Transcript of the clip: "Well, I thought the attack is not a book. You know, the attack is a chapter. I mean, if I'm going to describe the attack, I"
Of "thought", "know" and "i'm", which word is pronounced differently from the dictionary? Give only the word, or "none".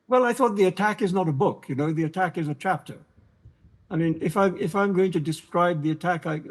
none